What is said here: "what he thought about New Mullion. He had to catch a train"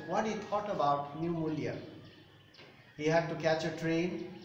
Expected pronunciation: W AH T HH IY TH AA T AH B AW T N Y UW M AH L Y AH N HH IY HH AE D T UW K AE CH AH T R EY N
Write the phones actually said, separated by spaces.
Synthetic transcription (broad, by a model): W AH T HH IY T AA T AH B AW T N Y UW M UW L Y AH HH IY HH AE D T UW K AE CH AH T R EY N